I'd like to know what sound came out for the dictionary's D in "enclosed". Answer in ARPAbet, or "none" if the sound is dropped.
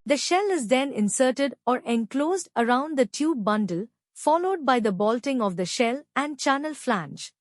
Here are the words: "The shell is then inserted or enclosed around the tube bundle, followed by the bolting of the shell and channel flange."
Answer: D